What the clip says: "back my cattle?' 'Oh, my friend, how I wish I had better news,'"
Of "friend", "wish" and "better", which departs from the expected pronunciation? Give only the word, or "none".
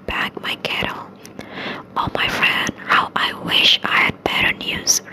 none